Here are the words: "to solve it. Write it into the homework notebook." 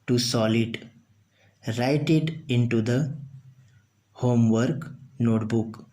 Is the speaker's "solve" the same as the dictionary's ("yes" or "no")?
no